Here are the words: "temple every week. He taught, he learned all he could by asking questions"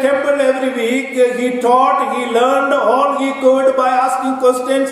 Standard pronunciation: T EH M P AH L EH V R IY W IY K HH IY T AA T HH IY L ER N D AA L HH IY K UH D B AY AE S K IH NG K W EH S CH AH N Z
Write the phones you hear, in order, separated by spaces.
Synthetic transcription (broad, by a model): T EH M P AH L EH V R IY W IY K HH IY T AA T HH IY L ER N D AA L HH IY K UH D B AY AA S K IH NG K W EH S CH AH N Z